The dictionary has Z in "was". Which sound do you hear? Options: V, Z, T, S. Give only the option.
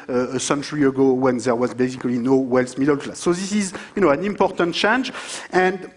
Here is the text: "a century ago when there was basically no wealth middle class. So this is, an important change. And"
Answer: Z